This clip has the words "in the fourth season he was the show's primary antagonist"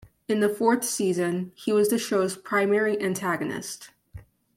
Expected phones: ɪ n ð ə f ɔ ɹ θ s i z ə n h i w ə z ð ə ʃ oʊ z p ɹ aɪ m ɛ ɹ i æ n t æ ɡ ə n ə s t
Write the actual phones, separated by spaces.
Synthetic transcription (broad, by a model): ɪ n ð ə f ɔ ɹ θ s i z ə n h i w ə z ð ə ʃ oʊ z p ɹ aɪ m ɛ ɹ i æ n t æ ɡ ə n ə s t